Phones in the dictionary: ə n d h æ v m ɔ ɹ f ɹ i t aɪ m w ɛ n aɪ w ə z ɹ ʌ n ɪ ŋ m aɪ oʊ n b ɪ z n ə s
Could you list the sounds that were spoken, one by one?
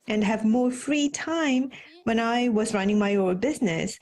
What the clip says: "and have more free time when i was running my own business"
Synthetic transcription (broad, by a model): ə n d h æ v m ɔ ɹ f ɹ i t aɪ m w ɛ n aɪ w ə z ɹ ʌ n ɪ ŋ m aɪ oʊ l b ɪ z n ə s